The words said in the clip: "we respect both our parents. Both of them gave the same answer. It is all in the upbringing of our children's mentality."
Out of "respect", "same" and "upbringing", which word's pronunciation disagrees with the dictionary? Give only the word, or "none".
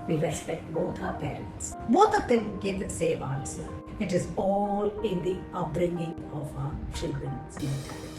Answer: none